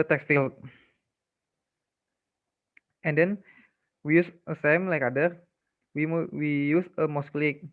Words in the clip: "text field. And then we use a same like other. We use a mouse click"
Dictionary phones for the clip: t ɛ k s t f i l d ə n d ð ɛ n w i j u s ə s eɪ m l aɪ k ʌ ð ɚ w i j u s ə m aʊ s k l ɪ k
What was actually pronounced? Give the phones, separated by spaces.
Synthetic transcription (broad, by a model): t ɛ k s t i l ə n d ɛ n w i j u s ə s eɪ m l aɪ k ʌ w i w i j u s ə m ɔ s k l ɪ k